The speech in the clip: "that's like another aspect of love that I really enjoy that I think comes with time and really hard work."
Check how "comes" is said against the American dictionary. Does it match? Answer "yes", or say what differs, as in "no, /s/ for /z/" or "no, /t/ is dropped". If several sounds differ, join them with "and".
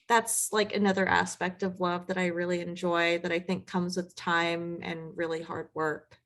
yes